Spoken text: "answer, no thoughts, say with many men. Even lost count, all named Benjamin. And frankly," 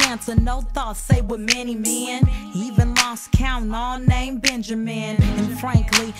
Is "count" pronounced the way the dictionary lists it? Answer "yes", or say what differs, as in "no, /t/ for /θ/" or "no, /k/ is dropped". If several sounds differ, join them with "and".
no, /t/ is dropped